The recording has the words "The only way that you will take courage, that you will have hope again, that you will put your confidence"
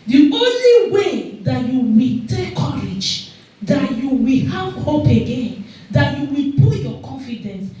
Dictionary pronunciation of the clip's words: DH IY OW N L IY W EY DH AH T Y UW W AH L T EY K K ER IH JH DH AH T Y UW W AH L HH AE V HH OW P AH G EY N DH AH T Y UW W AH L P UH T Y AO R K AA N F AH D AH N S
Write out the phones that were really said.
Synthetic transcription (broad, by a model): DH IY OW N L IY W EY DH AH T Y UW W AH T EY K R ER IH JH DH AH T Y UW W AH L HH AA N HH OW P AH G EY N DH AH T Y UW W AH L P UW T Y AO K AA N F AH D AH N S